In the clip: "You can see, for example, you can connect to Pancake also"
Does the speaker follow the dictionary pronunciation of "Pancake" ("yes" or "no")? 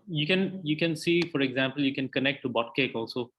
no